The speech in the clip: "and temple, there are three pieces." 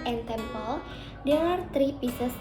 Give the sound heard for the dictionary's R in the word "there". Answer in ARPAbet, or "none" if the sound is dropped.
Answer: W